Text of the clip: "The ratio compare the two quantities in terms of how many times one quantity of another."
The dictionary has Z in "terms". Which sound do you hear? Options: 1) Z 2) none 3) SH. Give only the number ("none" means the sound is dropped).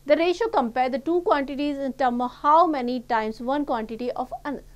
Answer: 2